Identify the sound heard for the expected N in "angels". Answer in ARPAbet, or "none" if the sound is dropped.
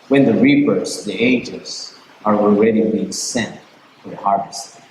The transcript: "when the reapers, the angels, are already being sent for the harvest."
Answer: none